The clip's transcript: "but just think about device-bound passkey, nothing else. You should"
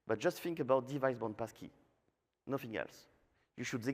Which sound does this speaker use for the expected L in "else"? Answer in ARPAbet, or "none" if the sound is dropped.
L